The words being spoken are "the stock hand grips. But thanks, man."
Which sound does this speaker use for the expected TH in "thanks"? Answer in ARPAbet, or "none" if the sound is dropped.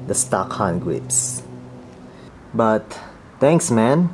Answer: T